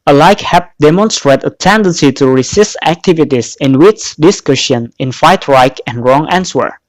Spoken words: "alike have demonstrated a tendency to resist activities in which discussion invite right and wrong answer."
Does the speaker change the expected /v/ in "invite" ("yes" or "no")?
yes